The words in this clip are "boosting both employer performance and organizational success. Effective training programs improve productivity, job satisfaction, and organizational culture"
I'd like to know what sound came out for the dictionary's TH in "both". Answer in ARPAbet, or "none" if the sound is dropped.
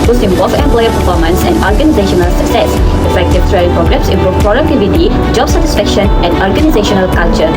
F